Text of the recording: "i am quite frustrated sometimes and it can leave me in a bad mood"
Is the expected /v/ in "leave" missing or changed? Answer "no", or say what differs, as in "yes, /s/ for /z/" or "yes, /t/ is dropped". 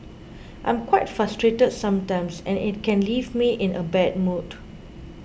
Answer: no